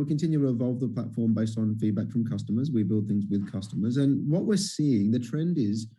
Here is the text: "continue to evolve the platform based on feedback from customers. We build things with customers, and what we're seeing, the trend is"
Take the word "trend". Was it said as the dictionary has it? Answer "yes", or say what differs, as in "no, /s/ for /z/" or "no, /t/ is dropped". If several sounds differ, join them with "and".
yes